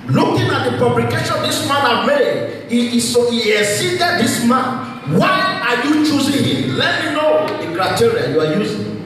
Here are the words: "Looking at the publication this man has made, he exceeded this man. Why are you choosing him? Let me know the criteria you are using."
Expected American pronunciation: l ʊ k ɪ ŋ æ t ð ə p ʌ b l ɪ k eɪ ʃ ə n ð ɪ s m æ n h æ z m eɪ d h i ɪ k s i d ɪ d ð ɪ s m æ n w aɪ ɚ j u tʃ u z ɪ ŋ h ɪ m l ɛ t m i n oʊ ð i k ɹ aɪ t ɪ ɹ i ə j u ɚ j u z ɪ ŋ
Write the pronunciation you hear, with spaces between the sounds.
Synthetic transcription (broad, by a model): l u k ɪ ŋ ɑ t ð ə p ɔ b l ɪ k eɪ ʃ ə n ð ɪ s m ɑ n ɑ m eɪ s h i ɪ s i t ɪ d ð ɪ s m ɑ n w aɪ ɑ j u tʃ u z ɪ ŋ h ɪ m l ɛ t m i n oʊ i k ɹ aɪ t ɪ ɹ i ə j u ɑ j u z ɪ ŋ